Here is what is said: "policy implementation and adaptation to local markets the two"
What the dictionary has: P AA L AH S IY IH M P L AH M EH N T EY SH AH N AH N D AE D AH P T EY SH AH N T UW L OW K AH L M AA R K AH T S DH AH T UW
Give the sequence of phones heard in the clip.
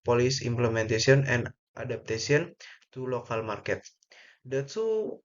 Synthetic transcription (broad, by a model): P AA L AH S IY M P L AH M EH N T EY S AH N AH N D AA D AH P T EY S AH N T UW L OW K AH L M AA R K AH T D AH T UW